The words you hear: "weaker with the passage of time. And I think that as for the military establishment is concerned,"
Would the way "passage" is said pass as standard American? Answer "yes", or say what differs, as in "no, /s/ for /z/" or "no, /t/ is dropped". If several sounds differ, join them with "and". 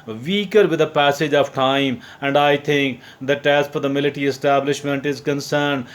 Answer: yes